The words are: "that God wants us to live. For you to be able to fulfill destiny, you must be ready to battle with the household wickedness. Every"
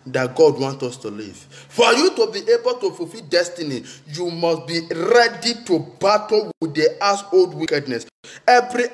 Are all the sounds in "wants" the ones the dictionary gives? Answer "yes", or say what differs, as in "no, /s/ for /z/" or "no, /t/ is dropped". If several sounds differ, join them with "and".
no, /s/ is dropped